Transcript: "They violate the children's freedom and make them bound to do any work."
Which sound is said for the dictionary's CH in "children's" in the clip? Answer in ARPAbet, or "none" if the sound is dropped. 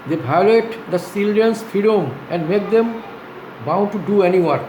S